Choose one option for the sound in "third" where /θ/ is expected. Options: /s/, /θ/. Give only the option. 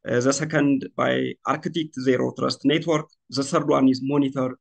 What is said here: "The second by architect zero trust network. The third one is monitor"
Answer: /s/